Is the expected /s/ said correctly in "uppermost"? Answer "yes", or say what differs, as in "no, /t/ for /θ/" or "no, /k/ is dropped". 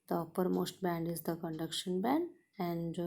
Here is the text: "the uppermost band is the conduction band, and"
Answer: yes